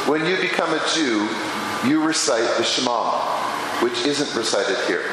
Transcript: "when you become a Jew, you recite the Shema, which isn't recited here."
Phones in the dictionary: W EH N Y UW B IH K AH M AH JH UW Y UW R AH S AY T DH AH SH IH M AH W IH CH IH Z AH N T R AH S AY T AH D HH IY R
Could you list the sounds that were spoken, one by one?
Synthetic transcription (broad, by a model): W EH N Y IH B IH K AH M AH JH UW Y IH R AH S AY T DH AH SH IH M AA W IH CH IH Z AH N T R AH S AY T AH D HH IY R